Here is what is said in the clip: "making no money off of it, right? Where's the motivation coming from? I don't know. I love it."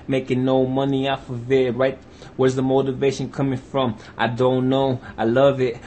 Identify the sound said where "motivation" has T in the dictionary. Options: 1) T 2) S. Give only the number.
1